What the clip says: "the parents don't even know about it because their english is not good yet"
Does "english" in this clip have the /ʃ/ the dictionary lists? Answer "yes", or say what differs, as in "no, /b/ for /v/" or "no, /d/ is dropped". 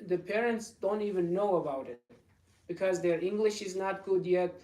yes